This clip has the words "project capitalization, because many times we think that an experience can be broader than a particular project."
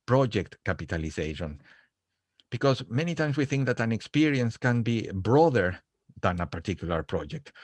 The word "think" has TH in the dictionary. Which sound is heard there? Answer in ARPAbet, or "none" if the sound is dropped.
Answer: TH